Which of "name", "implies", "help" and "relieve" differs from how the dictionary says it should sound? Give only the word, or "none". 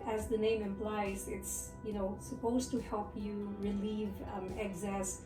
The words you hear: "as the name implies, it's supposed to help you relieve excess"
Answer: none